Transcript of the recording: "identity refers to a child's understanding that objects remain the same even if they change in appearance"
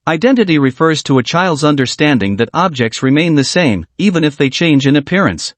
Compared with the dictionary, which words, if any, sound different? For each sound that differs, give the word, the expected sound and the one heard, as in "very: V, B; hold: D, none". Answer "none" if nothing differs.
none